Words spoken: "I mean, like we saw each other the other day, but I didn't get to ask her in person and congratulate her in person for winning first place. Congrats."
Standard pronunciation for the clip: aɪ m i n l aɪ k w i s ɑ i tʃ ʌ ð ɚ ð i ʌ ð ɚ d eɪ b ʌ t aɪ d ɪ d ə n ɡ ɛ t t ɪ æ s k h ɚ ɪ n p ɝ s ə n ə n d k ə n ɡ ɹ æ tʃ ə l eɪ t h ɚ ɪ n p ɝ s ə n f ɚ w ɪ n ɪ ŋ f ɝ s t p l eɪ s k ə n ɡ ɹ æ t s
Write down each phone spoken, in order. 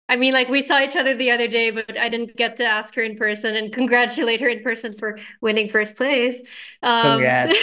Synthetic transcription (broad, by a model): aɪ m i n l aɪ k w i s ɑ i tʃ ʌ ð ɚ ð i ʌ ð ɚ d eɪ b ʌ t aɪ d ɪ d n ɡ ɛ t t ɪ æ s k h ɚ ɪ n p ɝ s ə n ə n k ə n ɡ ɹ æ tʃ ə l eɪ t h ɚ ɪ n p ɝ s ə n f ɚ w ɪ n ɪ ŋ f ɝ s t p l eɪ s ə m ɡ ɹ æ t